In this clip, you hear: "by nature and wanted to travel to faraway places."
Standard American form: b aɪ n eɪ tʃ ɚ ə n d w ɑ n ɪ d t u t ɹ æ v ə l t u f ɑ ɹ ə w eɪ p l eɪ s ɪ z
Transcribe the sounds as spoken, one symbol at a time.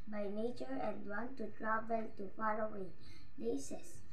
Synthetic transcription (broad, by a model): b aɪ n eɪ tʃ ɚ ə n d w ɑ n t u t ɹ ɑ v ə l t u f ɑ l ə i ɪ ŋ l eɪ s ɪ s